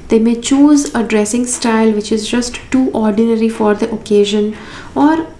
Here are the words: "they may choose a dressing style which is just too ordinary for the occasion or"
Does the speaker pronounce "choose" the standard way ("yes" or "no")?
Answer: yes